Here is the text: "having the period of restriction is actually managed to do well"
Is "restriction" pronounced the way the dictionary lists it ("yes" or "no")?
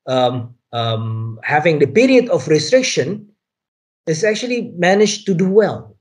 yes